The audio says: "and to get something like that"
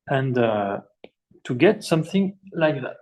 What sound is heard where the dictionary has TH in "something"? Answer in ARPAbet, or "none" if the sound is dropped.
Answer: TH